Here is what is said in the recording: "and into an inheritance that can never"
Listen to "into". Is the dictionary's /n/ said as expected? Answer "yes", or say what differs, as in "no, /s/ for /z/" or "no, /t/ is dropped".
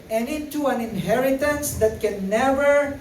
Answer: no, /n/ is dropped